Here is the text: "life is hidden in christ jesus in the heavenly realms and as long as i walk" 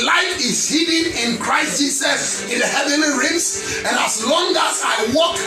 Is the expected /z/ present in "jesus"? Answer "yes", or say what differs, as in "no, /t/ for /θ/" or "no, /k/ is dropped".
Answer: no, /s/ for /z/